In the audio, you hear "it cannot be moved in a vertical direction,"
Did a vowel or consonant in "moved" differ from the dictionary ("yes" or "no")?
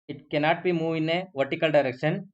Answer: yes